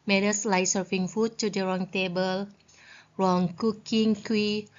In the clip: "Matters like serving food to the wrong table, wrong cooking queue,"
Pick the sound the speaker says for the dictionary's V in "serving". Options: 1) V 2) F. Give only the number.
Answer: 2